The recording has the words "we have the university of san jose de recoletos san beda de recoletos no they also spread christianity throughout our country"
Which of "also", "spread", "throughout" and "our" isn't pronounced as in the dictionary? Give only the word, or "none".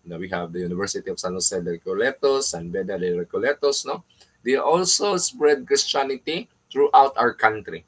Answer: throughout